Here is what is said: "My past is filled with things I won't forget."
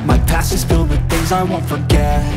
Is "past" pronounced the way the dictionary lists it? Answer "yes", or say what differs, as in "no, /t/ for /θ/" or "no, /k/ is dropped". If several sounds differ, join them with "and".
no, /t/ is dropped